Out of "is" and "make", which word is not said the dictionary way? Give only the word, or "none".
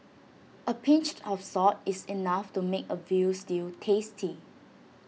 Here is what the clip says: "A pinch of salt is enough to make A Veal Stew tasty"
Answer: is